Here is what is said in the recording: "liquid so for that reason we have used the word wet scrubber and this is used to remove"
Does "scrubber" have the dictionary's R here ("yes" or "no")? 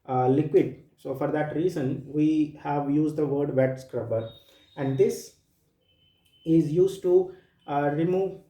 yes